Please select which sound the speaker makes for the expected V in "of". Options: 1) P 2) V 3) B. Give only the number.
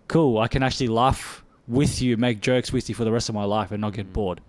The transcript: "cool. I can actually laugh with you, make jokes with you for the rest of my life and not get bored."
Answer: 2